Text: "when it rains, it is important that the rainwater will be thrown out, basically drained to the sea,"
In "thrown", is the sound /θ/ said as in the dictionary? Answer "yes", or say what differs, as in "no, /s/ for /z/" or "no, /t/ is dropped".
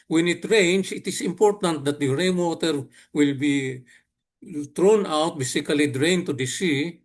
no, /t/ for /θ/